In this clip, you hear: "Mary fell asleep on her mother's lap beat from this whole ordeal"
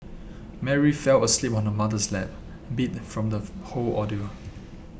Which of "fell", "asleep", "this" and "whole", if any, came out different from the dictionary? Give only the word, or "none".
this